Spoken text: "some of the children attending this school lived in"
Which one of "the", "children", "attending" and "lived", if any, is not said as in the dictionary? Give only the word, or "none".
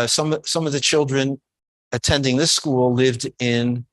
none